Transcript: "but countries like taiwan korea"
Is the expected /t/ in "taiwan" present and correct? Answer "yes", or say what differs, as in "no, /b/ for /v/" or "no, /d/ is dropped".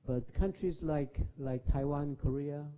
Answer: yes